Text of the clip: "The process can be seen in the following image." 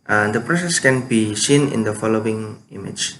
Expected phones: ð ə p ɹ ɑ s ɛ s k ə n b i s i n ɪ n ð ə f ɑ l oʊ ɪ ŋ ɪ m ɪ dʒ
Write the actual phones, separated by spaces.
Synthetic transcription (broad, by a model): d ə p ɹ ɑ s ɛ s k ə n b i s i n ɪ n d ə f ɑ l oʊ ɪ ŋ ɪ m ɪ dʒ